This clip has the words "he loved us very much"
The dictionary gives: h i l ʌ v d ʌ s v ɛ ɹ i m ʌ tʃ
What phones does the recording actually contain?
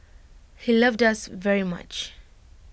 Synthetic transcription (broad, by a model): h i l ʌ v d ʌ s v ɛ ɹ i m ʌ tʃ